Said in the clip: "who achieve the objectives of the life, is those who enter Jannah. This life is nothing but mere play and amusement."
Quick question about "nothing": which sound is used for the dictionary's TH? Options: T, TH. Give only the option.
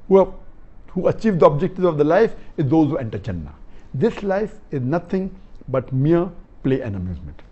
T